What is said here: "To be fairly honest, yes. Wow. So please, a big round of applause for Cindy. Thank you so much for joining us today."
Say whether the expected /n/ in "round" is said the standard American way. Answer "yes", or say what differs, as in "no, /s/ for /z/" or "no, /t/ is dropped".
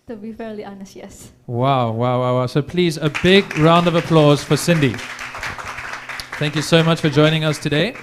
yes